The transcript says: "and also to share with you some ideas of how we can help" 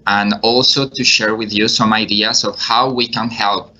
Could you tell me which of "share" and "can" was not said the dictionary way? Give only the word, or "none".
none